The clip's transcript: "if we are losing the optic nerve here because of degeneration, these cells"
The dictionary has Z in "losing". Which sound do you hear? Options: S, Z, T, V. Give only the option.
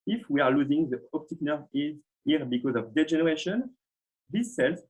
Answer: Z